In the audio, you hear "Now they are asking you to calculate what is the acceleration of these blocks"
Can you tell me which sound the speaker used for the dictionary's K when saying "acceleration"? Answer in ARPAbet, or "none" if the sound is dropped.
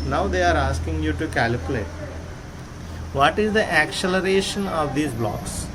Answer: K